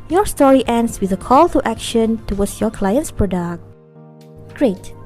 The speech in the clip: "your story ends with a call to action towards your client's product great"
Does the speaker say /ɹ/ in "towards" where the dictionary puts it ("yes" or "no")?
no